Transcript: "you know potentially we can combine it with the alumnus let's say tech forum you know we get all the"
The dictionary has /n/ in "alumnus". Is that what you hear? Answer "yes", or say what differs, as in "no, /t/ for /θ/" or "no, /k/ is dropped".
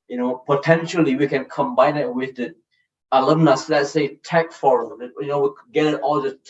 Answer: yes